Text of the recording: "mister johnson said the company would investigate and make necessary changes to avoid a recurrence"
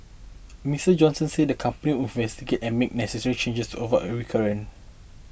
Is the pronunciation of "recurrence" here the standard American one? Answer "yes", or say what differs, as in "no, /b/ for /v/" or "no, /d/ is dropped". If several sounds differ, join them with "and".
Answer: no, /s/ is dropped